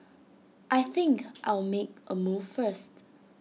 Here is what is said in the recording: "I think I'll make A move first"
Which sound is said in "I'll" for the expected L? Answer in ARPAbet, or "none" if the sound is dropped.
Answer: L